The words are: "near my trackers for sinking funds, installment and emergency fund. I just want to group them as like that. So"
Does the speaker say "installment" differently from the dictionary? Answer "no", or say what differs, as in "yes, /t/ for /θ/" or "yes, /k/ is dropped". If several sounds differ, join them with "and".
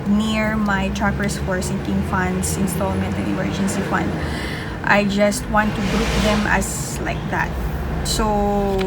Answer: no